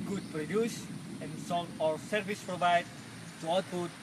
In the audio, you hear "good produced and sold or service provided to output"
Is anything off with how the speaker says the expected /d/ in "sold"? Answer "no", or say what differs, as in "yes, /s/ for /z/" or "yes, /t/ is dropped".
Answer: yes, /d/ is dropped